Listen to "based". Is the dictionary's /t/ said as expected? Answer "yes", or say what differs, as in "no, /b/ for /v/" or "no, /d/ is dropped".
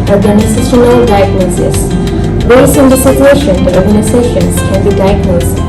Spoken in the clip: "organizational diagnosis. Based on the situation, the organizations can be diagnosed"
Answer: no, /t/ is dropped